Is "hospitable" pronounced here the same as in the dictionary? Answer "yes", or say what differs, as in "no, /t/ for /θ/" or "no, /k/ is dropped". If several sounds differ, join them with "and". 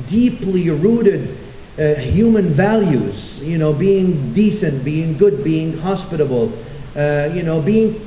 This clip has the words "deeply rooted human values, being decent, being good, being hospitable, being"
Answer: no, /n/ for /l/